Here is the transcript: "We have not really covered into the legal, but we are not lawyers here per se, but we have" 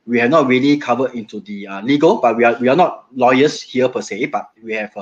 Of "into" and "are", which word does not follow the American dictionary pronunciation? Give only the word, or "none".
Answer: are